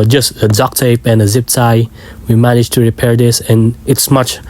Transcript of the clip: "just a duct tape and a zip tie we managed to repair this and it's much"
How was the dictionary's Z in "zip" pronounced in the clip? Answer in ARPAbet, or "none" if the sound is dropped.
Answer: Z